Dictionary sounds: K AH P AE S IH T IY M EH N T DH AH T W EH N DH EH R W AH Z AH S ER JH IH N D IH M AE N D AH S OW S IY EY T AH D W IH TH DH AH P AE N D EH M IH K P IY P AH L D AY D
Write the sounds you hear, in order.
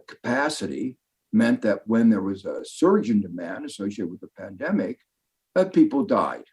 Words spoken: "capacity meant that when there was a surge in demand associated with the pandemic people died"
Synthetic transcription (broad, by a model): K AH P AE S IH T IY M EH N DH AH T W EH N DH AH R W AH Z AH S ER JH IH N D IH M AE N D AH S OW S IY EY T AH W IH DH AH P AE N D EH M IH K P IY P L D AY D